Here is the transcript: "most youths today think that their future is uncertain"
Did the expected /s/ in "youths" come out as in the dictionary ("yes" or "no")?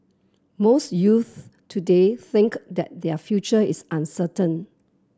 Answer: no